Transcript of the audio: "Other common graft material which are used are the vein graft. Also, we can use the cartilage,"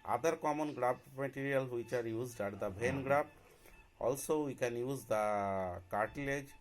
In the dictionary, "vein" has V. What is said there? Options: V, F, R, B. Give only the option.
B